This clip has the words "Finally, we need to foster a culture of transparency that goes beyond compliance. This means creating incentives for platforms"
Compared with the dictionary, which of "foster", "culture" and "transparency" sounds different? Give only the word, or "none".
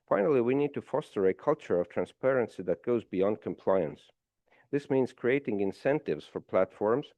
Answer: none